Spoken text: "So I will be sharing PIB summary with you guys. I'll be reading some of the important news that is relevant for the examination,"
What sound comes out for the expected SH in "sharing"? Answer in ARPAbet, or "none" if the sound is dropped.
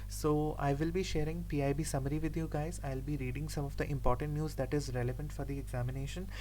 SH